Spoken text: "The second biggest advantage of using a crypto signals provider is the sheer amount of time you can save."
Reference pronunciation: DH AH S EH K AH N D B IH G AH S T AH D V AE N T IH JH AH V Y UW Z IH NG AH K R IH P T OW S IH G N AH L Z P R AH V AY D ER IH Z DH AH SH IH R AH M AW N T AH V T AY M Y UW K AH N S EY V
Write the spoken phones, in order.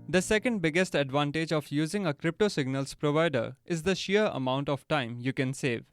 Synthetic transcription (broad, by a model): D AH S EH K AH N D B IH G AH S T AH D V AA N T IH JH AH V Y UW Z IH NG AH K R IH P T OW S IH G N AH L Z P R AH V AY D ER IH Z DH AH SH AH R AH M AW N T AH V T AY M Y UW K AH N S EY V